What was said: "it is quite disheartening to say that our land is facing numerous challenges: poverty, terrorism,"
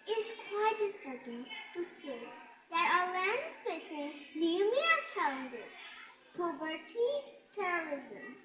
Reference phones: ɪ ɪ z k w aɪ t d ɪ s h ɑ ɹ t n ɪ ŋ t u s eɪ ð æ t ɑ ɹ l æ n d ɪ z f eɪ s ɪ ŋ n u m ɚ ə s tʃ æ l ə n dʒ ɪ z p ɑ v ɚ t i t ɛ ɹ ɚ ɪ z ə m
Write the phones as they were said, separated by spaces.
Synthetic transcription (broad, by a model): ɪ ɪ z k w aɪ t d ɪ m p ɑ ɹ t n t u s eɪ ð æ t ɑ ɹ l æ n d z p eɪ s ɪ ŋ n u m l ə tʃ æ l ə n dʒ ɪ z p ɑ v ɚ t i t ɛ ɹ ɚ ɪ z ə m